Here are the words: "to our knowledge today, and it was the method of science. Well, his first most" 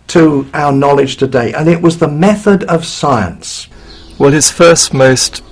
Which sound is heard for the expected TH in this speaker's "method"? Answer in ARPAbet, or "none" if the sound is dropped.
TH